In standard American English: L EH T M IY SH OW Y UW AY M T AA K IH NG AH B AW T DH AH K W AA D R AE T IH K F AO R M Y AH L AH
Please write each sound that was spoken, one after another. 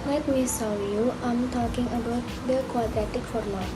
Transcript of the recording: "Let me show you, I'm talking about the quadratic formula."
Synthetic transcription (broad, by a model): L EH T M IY S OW Y UW AY M T AA K IH NG AH B AW T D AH K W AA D R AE T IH K F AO R M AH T